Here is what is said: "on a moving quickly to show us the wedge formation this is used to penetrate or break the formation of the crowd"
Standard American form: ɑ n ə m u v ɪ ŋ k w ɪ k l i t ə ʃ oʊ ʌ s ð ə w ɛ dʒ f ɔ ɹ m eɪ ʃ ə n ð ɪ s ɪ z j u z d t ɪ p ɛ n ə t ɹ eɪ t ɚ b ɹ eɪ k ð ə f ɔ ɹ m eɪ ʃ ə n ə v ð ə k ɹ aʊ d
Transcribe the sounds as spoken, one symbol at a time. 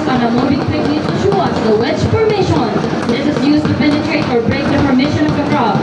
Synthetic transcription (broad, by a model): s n ə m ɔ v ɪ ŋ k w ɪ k n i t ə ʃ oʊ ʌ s ð ə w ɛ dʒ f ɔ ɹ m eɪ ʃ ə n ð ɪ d ɪ z j u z t ɪ p ɛ n ə t ɹ eɪ t ɚ b ɹ eɪ k ð ə p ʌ ɹ m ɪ ʃ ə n ə v ð ə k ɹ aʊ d